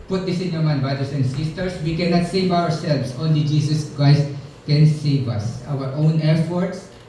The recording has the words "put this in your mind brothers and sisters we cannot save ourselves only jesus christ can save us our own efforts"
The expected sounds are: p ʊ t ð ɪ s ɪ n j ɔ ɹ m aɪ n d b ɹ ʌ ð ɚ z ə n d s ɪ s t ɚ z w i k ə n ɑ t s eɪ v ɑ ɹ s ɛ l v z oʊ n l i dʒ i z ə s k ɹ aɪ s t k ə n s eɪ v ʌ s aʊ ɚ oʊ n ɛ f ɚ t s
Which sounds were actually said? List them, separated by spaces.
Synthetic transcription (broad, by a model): p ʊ t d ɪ s ɪ n j ɔ ɹ m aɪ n b ɹ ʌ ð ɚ s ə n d s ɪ s t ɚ s w i k ə n ɑ t s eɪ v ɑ ɹ s ɛ l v s oʊ n l i dʒ i s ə s k ɹ aɪ s t k ə n s eɪ v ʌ s aʊ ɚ oʊ n ɛ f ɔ t s